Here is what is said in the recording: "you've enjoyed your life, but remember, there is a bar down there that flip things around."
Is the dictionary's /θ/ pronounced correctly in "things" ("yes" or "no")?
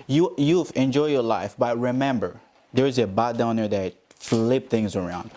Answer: yes